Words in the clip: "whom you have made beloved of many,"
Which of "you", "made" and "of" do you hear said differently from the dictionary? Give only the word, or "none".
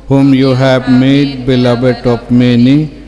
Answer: of